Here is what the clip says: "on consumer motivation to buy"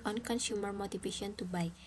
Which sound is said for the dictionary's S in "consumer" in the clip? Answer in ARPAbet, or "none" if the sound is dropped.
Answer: SH